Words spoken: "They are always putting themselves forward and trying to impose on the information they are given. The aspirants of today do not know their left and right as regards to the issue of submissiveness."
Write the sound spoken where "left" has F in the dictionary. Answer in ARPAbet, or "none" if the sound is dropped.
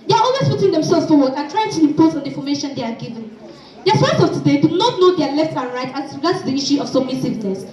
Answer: F